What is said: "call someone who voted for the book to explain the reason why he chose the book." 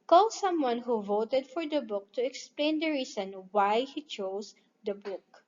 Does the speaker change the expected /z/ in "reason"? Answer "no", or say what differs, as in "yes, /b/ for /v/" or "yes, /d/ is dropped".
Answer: yes, /s/ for /z/